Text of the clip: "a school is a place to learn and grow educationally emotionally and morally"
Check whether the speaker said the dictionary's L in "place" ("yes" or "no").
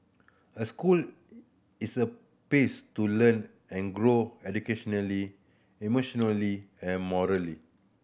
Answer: no